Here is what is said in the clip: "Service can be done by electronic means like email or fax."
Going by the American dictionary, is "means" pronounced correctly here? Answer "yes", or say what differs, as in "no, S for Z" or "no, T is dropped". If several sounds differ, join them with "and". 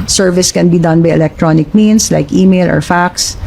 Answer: no, S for Z